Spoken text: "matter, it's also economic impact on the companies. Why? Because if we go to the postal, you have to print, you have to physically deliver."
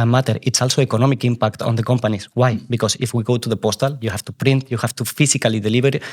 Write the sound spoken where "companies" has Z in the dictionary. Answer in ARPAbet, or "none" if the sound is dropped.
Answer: S